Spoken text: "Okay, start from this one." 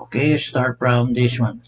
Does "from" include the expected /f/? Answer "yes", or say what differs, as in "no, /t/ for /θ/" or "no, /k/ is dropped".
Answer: no, /p/ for /f/